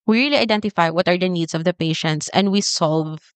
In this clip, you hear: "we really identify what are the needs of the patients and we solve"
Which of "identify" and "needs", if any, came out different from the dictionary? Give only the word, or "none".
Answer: needs